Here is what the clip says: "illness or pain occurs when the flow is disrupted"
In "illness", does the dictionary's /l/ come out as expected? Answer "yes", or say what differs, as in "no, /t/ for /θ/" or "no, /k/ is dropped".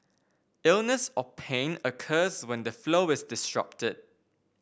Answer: yes